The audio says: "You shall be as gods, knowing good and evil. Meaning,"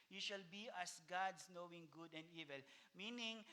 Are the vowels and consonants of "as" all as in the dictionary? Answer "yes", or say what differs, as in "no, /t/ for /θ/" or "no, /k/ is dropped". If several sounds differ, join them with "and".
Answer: no, /s/ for /z/